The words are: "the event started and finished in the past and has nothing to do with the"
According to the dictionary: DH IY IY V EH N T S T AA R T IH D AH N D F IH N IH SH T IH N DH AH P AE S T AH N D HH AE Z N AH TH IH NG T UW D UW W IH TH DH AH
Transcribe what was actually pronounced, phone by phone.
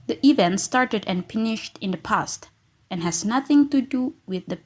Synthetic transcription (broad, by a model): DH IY IY V EH N T S T AA R T IH D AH N F IH N IH SH T IH N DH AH P AE S T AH N HH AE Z N AH TH IH NG T UW D UW W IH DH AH